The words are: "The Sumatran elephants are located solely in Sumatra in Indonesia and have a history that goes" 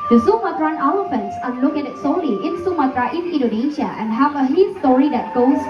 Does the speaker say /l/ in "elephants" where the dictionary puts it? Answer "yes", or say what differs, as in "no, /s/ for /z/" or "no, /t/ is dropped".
no, /w/ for /l/